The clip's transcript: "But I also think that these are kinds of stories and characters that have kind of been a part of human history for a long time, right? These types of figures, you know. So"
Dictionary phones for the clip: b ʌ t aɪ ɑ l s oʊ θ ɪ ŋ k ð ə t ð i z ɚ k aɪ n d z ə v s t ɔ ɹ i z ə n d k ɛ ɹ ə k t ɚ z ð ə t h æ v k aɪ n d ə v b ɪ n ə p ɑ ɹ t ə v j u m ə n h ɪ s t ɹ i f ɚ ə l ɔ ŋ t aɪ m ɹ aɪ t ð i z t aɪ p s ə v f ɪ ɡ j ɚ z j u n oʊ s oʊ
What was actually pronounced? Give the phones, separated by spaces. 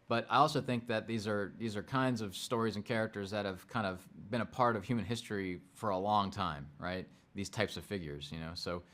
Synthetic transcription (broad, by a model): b ʌ t aɪ ɑ l s oʊ θ ɪ ŋ k ð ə t ð i z ɚ k aɪ n d z ə v s t ɔ ɹ i z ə n k ɛ ɹ ə k t ɚ z ð ə t h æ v k aɪ n d ə v b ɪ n ə p ɑ ɹ t ə v j u m ə n h ɪ s t ɹ i f ɚ ə l ɔ ŋ t aɪ m ɹ aɪ t ð i z t aɪ p s ə v f ɪ ɡ j ɚ z j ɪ n oʊ s oʊ